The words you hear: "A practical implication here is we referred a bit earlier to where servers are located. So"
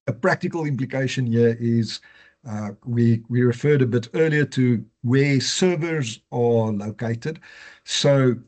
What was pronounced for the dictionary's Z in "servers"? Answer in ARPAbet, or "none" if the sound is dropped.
Z